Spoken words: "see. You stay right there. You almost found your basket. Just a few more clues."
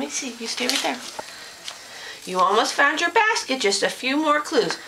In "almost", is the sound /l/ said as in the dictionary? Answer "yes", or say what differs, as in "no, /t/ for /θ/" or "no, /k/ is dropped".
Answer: yes